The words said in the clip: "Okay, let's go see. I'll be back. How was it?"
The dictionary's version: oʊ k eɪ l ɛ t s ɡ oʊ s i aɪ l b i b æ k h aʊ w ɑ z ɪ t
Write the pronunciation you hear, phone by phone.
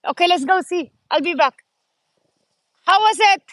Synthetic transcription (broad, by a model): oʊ k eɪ l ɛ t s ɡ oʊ s i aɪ l b i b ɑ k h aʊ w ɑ s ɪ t